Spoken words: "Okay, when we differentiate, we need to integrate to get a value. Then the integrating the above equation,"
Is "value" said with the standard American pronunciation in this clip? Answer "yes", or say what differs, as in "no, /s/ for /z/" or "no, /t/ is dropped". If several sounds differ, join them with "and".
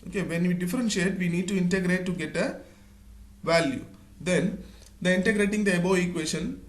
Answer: yes